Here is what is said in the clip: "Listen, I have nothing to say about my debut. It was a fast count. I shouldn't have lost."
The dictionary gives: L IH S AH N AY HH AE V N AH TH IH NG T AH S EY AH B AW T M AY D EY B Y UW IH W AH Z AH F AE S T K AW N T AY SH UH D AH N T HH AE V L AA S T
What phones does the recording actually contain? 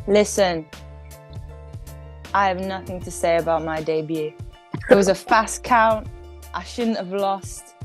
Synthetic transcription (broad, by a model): L IH S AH N AY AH V N AH TH IH NG T AH S EY AH B AW T M AY D EY B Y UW IH W AH Z AH F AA S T K AW N T AY SH UH D N T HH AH V L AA S T